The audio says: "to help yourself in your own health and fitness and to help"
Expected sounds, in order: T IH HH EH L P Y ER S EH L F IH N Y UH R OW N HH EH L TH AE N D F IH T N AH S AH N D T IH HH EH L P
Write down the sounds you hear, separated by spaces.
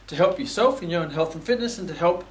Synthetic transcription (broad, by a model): T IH HH EH L P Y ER S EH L F IH N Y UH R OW N HH EH L TH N F IH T N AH S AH N T IH HH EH L P